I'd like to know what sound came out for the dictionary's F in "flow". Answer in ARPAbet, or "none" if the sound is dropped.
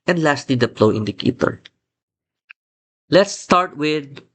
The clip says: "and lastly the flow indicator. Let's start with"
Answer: P